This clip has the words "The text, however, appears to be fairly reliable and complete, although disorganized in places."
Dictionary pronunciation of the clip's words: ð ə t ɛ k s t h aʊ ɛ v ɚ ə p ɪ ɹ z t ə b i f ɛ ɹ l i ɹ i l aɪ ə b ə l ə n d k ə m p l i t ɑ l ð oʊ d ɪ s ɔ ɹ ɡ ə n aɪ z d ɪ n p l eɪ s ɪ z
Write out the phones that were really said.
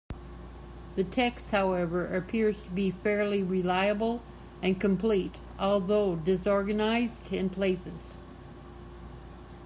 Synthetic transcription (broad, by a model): ð ə t ɛ k s t h aʊ ɛ v ɚ ə p ɪ ɹ z t ə b i f ɛ ɹ l i ɹ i l aɪ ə b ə l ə n k ə m p l i t ɑ l ð oʊ d ɪ s ɔ ɹ ɡ ə n aɪ z d ɪ n p l eɪ s ɪ z